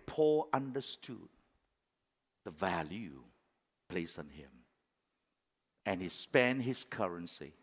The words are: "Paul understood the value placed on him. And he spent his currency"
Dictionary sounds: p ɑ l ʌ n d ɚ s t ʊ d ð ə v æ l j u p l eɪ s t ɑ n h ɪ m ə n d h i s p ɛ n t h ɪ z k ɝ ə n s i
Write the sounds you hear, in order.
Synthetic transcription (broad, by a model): p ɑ l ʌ n d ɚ s t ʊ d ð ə v æ l j u p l eɪ s ɑ n h ɪ m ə n h i s p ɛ n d h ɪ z k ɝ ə n s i